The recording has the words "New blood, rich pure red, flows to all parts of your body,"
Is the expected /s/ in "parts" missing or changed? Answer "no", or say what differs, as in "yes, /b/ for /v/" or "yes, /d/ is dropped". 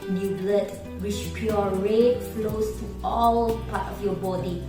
yes, /s/ is dropped